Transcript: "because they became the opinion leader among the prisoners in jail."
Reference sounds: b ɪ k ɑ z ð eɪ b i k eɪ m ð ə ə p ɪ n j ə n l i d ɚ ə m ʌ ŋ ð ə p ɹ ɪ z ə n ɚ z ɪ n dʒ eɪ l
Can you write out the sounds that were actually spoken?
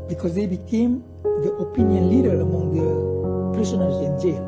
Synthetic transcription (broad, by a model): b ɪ k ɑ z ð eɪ b i k eɪ m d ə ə p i n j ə n l i d ɚ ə m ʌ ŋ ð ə p ɪ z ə n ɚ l ɪ n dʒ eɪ